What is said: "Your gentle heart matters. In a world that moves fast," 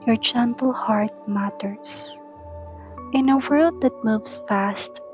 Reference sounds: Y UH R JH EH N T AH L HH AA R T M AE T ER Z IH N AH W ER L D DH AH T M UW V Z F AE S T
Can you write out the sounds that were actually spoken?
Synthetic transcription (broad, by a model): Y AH R JH EH N T AH L HH AA R T M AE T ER S IH N AH W ER L D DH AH T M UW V S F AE S T